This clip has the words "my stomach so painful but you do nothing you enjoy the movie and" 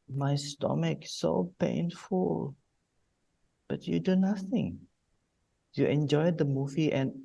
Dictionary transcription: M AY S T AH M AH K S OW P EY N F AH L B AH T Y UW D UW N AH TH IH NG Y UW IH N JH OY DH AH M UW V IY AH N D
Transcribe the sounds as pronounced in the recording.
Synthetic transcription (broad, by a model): M AY S T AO M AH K S OW P EY N F AH L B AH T Y UW D UW N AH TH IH NG Y UW IH N JH OY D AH M UW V IY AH N